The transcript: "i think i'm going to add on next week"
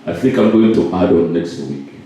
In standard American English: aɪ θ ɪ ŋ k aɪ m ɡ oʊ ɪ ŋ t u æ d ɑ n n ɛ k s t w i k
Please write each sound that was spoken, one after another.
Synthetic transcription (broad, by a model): aɪ θ ɪ ŋ k aɪ m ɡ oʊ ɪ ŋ t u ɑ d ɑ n n ɛ k s t w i k